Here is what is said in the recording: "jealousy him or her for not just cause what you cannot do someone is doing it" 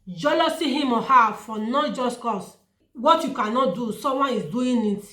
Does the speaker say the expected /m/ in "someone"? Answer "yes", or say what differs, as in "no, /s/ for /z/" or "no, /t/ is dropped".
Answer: no, /m/ is dropped